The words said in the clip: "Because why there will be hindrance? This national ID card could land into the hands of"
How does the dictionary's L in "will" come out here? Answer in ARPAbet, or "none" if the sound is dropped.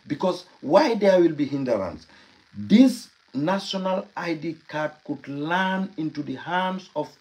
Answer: L